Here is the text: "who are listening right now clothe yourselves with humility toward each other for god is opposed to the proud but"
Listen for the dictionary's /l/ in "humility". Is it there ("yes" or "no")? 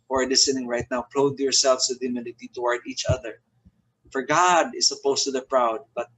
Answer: no